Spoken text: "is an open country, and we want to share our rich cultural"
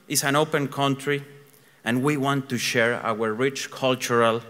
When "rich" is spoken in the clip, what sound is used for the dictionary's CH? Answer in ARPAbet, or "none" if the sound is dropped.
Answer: CH